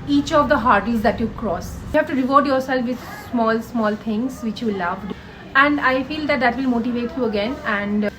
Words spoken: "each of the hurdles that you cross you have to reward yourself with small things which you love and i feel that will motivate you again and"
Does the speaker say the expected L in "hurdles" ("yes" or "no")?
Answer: no